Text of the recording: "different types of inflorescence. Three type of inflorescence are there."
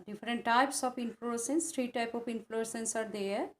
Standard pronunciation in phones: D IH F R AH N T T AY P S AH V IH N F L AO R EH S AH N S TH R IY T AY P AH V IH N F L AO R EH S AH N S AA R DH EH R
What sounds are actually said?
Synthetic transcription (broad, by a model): D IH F R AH N T T AY P S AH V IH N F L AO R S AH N S T R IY T AY P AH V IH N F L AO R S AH N S AA R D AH R